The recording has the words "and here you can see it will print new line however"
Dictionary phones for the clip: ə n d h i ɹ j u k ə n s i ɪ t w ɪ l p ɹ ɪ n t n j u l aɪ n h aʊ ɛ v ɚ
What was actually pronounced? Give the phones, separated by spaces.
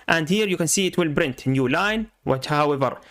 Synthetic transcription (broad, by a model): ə n d h i ɹ j u k ə n s i ɪ t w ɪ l b ɹ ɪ n t n j u l aɪ n h aʊ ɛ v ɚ